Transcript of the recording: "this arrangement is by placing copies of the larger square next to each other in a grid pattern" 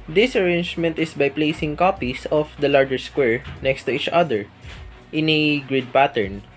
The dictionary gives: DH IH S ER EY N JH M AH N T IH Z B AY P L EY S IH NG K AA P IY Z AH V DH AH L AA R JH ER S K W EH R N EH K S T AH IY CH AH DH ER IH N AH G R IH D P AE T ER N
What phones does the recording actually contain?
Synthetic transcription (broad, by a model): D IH S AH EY N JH M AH N T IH S B AY P L EY S IH NG K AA P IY S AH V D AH L AA R JH ER S K W EH R N EH K S T AH IY CH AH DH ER IH N AH G R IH D P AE T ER N